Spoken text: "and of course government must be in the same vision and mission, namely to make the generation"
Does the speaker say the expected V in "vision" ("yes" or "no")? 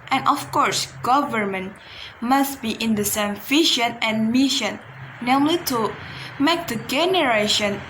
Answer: no